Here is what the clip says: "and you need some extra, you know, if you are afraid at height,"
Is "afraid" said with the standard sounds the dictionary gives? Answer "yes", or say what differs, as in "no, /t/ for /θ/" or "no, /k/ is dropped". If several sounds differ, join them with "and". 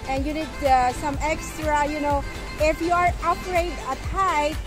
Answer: no, /p/ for /f/